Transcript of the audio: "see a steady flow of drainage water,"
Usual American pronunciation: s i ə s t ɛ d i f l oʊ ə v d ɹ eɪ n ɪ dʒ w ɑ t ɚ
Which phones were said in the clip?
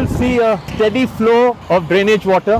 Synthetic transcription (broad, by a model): s i ə s t ɛ d i f l oʊ ə v d ɹ eɪ n ɪ dʒ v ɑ t ɚ